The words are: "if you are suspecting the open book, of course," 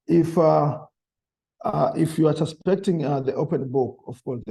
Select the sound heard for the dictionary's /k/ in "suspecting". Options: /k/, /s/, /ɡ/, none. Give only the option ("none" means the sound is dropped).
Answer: /k/